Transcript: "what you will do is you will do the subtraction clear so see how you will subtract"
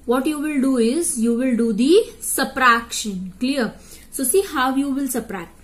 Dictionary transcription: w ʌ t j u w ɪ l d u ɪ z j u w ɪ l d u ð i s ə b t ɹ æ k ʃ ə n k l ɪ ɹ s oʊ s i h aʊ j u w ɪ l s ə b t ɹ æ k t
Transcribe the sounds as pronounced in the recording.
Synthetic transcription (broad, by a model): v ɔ t j u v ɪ l d u ɪ z j u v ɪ l d u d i s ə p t ɹ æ k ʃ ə n k l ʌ ɹ s oʊ s i h aʊ j u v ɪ l s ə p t ɹ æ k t